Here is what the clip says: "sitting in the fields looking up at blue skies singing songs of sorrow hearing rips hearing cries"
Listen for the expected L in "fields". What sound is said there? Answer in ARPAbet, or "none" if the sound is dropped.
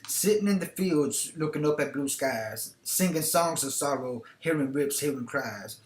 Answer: L